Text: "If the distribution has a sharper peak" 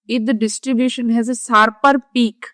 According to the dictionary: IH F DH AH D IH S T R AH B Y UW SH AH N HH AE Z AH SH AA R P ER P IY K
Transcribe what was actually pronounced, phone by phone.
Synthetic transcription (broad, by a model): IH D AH D IH S T R AH B Y UW SH AH N HH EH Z AH S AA R P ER P IY K